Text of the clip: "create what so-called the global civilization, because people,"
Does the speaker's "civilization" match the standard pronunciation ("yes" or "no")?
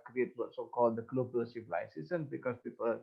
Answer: no